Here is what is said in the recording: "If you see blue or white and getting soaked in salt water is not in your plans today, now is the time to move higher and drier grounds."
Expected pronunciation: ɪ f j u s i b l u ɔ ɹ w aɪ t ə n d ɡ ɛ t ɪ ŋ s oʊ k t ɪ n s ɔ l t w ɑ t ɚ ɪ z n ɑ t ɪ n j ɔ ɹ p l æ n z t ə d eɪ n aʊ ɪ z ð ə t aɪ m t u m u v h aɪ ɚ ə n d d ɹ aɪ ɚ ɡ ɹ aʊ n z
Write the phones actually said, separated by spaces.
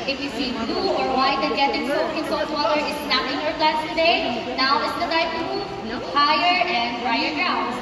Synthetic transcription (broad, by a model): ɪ f j u s i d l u ɔ ɹ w aɪ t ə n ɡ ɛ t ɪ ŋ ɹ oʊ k ɪ n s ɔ t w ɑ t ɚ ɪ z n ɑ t ɪ n j ɔ ɹ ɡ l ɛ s t ə d eɪ n aʊ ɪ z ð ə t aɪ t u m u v h aɪ ɚ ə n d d ɹ aɪ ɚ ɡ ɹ aʊ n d